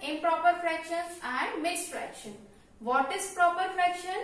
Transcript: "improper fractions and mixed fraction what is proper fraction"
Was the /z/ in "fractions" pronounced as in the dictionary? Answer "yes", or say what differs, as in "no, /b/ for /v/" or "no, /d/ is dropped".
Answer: no, /z/ is dropped